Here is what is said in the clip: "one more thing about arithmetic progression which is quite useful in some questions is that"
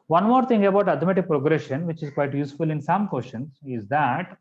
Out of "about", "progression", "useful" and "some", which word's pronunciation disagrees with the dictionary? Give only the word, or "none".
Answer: none